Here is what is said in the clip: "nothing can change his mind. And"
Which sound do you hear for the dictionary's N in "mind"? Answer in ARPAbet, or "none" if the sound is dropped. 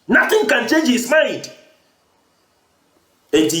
none